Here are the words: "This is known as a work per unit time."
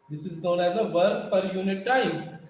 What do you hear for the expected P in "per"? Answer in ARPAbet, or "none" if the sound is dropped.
F